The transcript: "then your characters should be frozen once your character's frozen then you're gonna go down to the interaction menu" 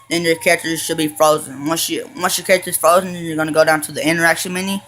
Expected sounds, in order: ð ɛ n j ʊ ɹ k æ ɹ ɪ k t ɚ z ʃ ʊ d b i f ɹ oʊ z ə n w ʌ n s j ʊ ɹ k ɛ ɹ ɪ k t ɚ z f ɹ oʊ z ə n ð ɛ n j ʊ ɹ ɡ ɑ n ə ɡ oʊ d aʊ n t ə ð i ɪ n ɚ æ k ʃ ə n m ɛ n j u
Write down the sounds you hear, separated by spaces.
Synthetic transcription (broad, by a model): ð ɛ n j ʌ ɹ k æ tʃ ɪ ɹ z ʃ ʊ d b i f ɹ oʊ z ə n w ʌ n s j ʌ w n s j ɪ k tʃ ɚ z f ɹ oʊ z ə n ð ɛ n j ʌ ɹ ɡ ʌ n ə ɡ oʊ d aʊ n t ə ð i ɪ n ɚ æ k ʃ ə n m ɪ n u